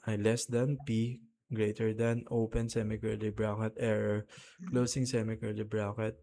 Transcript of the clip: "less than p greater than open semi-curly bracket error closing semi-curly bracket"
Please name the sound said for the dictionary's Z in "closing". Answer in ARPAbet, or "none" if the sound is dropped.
S